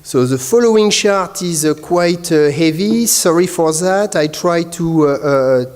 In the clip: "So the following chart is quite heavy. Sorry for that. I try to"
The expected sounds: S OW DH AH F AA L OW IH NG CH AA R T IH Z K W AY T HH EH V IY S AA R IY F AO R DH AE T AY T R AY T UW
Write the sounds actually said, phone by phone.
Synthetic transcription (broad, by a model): S OW DH AH F AA L OW IH NG SH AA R T IH Z K W AY T HH EH V IY S AA R IY F AO R DH AE T AY T R AY T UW